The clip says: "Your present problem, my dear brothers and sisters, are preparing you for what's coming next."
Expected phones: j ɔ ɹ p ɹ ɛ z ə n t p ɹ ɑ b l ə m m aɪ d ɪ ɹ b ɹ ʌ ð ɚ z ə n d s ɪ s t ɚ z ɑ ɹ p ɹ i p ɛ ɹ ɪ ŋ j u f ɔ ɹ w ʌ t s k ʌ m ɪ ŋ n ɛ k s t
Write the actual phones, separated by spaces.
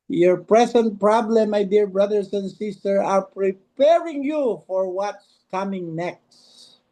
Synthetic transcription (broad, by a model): j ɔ ɹ p ɹ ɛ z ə n t p ɹ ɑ b l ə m m aɪ d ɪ ɹ b ɹ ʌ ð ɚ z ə n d s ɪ s t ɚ ɑ ɹ p ɹ i p ɛ ɹ ɪ ŋ j u f ɔ ɹ w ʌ t s k ʌ m ɪ ŋ n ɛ k s t